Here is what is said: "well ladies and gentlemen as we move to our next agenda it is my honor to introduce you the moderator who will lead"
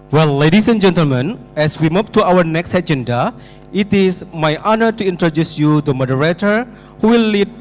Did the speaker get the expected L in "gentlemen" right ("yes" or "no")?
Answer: yes